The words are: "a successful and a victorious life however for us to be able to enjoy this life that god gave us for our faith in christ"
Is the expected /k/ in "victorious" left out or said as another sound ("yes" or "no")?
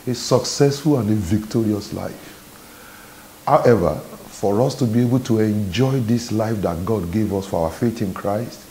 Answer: no